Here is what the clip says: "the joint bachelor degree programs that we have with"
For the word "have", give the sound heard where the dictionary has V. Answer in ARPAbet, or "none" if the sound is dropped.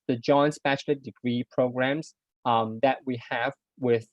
V